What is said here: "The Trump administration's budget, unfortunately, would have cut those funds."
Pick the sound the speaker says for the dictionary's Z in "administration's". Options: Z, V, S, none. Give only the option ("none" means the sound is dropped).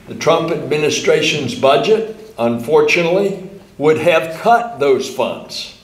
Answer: Z